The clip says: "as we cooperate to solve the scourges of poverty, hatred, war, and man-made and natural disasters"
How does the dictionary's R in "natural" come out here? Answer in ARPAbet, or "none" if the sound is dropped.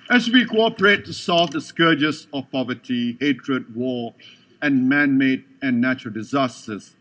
R